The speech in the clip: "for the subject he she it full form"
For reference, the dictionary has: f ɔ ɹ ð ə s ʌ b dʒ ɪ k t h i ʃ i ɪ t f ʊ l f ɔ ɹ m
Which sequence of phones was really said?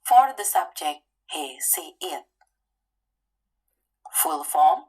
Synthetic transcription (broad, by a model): f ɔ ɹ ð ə s ʌ b dʒ ɪ k t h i s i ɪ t f ʊ l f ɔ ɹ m